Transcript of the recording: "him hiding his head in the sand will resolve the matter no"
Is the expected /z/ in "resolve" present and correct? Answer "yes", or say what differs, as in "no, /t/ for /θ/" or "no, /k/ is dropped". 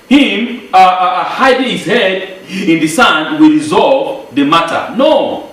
yes